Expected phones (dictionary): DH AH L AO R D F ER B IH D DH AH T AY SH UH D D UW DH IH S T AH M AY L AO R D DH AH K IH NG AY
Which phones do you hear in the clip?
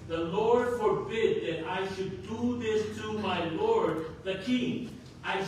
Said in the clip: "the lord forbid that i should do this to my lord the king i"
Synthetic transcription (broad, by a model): DH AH L AO R D F ER B IH D DH AH T AY SH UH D D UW DH IH S T AH M AY L AO R D DH AH K IH NG AY